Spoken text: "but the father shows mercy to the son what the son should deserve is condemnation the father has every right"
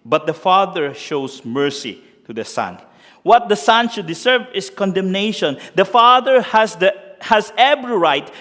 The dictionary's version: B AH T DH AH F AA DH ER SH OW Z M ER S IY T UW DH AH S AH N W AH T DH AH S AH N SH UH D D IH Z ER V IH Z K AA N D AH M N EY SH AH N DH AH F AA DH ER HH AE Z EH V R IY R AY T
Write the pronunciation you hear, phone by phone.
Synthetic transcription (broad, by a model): B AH T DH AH F AA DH ER SH OW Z M ER S IY T UW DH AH S AH N W AH T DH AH S AH N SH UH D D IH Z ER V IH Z K AA N D AH M N EY SH AH N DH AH F AA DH ER HH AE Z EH B R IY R AY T